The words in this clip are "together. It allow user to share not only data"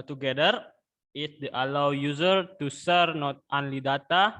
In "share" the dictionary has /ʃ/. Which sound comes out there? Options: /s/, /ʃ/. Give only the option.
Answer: /s/